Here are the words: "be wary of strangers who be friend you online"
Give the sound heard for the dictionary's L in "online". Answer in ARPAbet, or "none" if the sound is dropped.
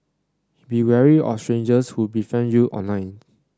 none